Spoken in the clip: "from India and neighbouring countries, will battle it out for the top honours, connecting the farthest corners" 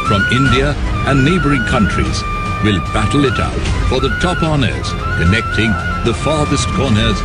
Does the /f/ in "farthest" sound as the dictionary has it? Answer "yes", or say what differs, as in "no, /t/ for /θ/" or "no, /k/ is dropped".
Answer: yes